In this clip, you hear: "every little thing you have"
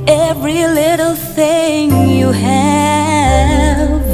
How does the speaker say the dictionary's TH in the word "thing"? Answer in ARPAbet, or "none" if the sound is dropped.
TH